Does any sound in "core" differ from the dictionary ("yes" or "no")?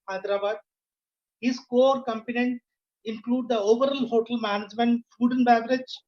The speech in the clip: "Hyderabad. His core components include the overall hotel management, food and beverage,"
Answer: no